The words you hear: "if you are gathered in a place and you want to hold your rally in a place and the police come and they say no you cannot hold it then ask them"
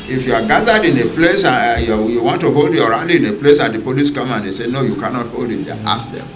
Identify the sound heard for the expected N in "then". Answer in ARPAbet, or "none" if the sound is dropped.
none